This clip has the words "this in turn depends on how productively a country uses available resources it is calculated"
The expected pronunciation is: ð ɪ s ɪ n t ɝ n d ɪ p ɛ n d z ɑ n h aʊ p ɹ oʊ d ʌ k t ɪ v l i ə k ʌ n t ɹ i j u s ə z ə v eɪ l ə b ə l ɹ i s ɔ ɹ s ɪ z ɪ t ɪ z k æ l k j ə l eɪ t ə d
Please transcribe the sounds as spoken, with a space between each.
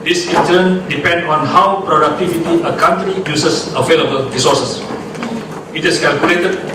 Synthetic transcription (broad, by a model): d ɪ s ɪ n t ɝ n d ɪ p ɛ n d ɑ n h aʊ p ɹ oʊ d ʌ k t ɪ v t i ə k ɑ n t ɹ i j u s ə s ə v eɪ l ə b ə l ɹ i s ɔ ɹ s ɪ s ɪ t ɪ s k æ l k j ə l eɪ t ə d